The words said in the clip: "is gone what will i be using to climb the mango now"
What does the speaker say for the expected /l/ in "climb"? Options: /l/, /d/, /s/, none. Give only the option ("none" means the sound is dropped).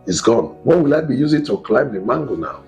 /l/